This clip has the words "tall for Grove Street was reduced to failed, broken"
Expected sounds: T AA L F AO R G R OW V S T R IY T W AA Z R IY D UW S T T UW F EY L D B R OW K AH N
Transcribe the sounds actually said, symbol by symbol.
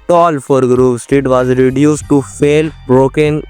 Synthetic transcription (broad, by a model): T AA L F AO R G R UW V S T IY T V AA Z R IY D UW S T T UW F EY L B R OW K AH N